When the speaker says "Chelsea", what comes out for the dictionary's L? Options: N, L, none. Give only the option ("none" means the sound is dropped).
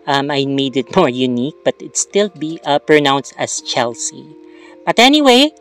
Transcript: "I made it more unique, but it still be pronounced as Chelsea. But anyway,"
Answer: L